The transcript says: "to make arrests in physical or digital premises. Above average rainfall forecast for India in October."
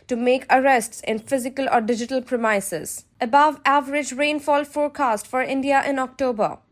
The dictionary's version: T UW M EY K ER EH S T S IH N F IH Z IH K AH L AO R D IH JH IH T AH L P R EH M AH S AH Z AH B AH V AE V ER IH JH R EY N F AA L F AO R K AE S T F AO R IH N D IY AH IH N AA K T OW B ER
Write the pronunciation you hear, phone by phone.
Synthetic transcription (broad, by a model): T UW M EY K ER EH S T S IH N F IH Z IH K AH L AO R D IH JH IH T AH L P R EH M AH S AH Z AH B AH V AE V ER IH JH R EY N F AA L F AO R K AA S T F AO R IH N D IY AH IH N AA K T OW B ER